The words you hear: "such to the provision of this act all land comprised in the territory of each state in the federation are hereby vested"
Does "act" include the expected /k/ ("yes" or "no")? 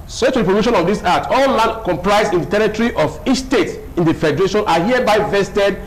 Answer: no